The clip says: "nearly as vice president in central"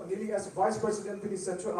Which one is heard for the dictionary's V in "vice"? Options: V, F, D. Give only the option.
V